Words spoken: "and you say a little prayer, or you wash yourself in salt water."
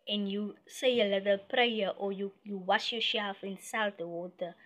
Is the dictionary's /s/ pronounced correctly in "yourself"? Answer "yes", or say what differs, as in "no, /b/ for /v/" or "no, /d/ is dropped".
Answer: no, /ʃ/ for /s/